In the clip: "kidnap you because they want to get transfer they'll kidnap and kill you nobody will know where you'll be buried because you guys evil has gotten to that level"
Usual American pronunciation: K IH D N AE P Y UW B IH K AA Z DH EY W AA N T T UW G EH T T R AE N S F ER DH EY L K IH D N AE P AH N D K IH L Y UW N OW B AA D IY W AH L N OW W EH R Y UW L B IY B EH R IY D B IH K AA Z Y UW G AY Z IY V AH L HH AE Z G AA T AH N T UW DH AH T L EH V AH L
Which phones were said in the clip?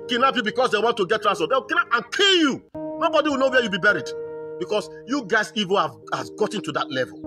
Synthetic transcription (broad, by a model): K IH N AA P Y UW B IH K AA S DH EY W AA N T T UW G EH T T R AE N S ER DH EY W K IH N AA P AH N K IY L Y UW N OW B AA D IY W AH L N OW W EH Y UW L B IY B EH R IY D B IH K AA S Y UW G AY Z IY V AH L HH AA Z G AA T AH N T UW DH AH T L EH V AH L